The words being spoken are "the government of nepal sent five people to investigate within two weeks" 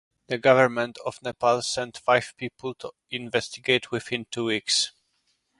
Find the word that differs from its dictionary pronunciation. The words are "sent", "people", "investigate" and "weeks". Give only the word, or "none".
none